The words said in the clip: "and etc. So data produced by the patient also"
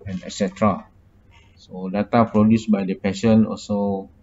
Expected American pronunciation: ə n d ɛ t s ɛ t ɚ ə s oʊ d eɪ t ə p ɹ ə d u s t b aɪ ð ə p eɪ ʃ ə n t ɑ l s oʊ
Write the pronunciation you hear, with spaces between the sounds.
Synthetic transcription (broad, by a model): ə n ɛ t s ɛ t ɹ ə s oʊ d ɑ t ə p ɹ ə d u s b aɪ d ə p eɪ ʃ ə n ɑ l s oʊ